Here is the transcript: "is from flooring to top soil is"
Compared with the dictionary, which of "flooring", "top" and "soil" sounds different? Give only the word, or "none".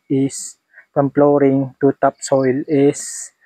flooring